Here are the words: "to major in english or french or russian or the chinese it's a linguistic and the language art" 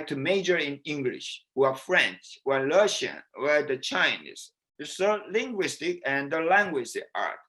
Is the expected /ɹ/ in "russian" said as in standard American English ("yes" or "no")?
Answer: no